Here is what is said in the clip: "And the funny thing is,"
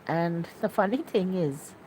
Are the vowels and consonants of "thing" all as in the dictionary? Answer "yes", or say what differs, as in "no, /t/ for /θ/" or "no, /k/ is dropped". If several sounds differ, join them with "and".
yes